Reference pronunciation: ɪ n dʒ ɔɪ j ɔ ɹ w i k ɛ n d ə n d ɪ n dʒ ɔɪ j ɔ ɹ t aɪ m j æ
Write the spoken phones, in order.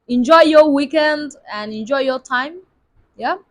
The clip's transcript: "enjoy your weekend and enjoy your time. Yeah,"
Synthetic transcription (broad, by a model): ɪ n dʒ ɔɪ j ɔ w i k ɛ n d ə n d ɪ n dʒ ɔɪ j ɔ t aɪ m j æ